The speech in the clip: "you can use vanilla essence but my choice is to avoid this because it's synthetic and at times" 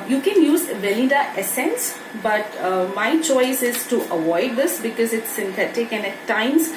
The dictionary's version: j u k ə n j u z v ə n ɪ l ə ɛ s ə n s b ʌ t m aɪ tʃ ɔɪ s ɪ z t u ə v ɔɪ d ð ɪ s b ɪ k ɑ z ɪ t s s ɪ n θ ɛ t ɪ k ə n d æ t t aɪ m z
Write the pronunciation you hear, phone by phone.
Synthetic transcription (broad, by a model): j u k ə n j u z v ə l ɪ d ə ɛ s ə n s b ʌ t m aɪ tʃ ɔɪ s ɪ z t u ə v ɔɪ d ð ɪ s b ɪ k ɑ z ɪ t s s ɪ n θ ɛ t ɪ k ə n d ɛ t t aɪ m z